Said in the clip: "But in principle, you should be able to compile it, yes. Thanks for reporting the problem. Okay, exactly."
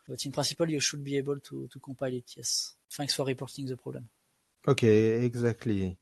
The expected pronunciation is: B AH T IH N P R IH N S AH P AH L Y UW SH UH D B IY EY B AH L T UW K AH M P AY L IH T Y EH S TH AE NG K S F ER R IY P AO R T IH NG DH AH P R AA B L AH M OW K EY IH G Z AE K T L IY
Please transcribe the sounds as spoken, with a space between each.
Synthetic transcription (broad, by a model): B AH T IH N P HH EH S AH P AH L Y UW SH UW D B IY EY B AH L T UW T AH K P AY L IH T Y EH S F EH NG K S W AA R IY P AO R T IH NG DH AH P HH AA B L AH M OW K EY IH G Z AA K T L IY